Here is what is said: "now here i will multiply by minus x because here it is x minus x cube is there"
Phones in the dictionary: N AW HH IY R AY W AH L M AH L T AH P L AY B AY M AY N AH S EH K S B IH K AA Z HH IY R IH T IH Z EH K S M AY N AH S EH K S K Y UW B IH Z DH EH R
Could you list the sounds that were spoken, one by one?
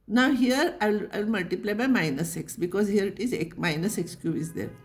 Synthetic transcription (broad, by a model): N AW HH IY R AY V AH L M AH L T AH P L AY B AY M AY N AH S EH K S B IH K AA Z HH IY R IH T IH Z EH K M AY N AH S EH K S K Y UW IH Z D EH R